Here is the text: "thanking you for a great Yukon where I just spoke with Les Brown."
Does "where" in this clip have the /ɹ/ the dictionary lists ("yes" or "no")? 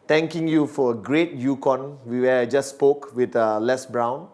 no